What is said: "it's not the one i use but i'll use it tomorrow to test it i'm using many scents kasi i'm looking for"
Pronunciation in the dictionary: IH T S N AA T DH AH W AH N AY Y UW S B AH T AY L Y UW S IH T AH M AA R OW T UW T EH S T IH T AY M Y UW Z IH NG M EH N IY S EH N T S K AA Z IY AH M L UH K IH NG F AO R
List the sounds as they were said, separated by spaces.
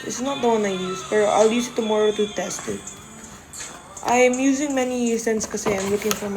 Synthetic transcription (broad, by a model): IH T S N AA T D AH W AH N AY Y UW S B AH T AY L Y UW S IH T AH M AA R OW T UW T EH S T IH T AY M Y UW Z IH NG M EH N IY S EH N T S K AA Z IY AH M L UH K IH NG F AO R